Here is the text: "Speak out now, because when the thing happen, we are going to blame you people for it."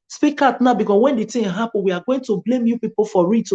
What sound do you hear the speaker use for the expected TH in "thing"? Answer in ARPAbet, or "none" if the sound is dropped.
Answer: T